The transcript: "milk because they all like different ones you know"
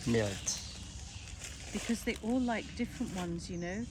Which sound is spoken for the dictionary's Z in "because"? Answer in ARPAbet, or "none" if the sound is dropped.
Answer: Z